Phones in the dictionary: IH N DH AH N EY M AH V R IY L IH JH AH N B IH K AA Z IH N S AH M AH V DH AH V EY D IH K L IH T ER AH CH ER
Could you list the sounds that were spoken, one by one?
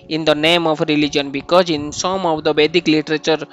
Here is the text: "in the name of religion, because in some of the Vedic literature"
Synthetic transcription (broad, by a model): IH N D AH N EY M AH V R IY L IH JH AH N B IH K AA Z IH N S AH M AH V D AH B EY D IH K L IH T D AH CH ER